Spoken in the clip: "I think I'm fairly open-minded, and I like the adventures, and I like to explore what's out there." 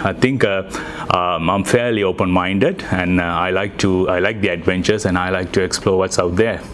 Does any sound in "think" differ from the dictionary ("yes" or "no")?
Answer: yes